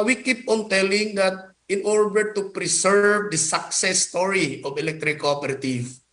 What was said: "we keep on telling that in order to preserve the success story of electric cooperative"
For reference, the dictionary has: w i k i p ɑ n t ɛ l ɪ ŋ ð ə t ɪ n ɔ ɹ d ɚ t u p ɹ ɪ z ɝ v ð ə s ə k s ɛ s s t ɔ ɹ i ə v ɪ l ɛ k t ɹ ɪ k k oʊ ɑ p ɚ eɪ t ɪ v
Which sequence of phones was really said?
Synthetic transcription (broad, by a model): w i k i p ɑ n t ɛ l ɪ ŋ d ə t ɪ n ɔ ɹ d ɚ t u p ɹ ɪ s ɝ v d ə s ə k s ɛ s s t ɔ ɹ i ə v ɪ l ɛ k t ɹ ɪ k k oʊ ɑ p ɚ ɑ t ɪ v